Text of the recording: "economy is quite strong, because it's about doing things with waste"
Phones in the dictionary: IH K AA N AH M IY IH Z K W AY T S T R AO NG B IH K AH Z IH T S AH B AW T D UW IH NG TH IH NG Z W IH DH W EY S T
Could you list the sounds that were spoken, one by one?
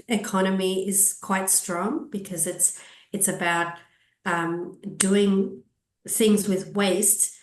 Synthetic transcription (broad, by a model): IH K AA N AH M IY IH Z K W AY T S T R AO NG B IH K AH Z IH T S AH B AW T D UW IH NG TH IH NG Z W IH DH W EY S T